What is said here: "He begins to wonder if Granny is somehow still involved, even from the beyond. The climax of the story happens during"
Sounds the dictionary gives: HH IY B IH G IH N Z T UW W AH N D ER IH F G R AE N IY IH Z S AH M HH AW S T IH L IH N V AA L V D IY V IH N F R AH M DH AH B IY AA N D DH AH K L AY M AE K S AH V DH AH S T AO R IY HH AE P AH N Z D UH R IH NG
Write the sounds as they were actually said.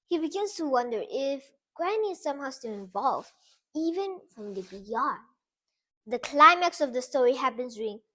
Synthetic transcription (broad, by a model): HH IY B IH G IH N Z T UW W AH N D ER IH F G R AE N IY S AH M HH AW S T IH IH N V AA L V IY V IH N F R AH M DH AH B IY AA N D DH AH K L AY M AE K S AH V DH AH S T AO R IY HH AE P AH N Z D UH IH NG